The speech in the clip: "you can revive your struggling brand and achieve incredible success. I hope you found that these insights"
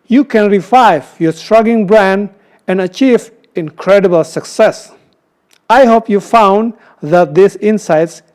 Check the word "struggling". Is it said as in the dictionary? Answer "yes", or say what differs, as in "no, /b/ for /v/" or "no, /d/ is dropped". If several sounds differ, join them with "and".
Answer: no, /l/ is dropped